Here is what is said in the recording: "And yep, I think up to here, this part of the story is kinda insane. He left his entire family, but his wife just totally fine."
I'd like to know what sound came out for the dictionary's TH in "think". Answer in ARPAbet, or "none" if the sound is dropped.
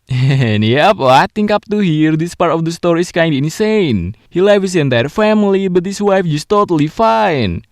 T